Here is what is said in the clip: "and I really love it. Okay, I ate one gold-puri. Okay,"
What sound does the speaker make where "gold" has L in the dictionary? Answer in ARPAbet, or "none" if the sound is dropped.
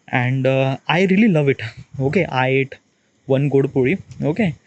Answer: none